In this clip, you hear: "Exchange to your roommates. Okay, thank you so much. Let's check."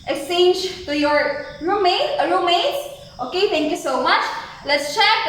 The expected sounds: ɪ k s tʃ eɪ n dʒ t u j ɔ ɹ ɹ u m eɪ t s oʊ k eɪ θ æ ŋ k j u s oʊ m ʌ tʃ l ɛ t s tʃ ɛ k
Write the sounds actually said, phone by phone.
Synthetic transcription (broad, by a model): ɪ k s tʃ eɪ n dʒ t u j ɔ ɹ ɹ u m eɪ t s oʊ k eɪ t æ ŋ k j u s oʊ m ʌ tʃ l ɛ t s tʃ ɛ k